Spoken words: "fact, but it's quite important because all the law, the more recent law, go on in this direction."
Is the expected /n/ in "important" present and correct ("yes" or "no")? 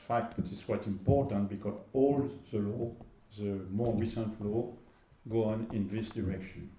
yes